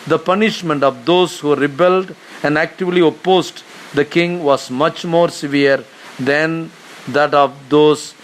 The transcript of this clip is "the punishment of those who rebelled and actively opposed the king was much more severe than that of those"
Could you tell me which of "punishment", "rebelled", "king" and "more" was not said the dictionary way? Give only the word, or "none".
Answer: none